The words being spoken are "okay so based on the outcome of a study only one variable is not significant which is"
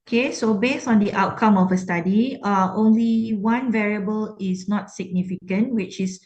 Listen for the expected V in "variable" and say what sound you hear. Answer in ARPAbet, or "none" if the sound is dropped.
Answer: V